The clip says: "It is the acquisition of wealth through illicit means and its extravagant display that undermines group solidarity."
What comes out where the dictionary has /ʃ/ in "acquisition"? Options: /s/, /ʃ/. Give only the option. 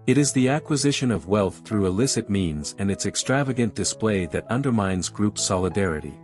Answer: /ʃ/